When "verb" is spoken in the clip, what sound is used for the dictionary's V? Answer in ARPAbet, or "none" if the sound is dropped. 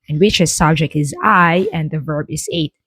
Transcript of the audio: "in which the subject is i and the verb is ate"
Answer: V